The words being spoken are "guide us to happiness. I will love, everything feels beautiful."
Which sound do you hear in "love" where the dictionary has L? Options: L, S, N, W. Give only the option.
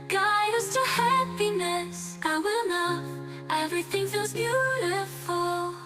N